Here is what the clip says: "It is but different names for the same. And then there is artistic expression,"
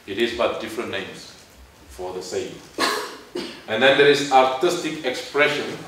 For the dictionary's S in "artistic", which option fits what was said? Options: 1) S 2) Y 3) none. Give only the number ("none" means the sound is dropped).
1